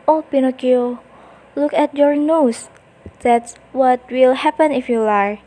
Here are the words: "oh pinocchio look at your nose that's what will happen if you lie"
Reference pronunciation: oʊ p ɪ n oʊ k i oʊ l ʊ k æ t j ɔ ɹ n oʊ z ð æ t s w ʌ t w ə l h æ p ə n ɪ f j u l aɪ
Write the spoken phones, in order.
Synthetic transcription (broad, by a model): oʊ p ɪ n oʊ k i oʊ l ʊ k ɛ t j ɔ ɹ n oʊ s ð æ t s w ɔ t w ə l h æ p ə n ɪ f j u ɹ